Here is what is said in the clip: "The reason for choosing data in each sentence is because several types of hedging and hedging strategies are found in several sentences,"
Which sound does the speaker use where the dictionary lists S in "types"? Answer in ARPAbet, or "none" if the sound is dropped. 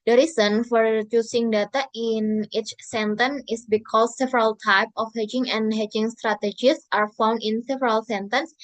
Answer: none